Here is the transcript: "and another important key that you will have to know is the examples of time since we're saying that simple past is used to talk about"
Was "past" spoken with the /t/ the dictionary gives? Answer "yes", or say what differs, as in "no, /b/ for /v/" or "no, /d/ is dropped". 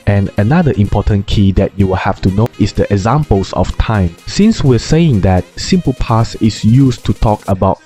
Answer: no, /t/ is dropped